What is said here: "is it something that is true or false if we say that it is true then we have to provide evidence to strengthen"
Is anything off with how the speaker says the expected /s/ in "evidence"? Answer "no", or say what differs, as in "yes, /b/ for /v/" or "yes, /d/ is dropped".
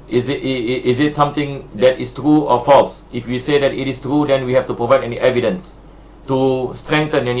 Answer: no